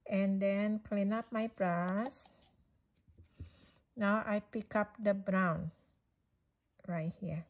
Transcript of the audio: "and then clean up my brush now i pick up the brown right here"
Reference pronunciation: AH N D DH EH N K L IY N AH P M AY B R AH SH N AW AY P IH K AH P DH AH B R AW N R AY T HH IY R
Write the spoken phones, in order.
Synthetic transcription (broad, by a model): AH N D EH N K L IY N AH P M AY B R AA S N AW AY P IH K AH P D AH B R AW N R AY T HH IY